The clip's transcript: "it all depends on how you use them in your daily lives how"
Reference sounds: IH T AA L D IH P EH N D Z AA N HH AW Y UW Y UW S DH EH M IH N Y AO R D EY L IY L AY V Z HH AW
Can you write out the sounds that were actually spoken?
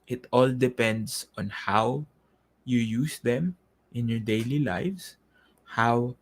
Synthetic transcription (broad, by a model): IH T AA L D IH P EH N D S AA N HH AW Y UW Y UW S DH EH M IH N Y AO R D EY L IY L AY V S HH AW